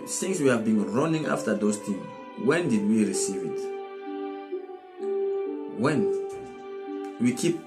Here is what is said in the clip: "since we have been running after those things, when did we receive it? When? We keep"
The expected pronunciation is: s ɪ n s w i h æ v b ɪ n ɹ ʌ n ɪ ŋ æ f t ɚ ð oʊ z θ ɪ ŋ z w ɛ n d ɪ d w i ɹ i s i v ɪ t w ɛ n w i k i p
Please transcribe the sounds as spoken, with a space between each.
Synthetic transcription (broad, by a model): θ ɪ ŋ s w i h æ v b ɪ n ɹ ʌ n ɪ ŋ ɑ f t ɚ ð oʊ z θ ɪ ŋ w ɛ n d ɪ d w i ɹ i s i v ɪ t w ɛ n w i k i p